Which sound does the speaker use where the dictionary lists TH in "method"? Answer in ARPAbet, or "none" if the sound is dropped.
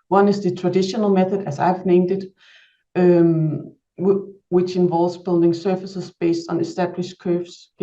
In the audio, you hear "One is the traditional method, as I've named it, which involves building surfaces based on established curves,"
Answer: TH